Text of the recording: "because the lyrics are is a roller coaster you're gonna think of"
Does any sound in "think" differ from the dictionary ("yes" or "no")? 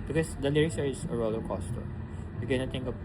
yes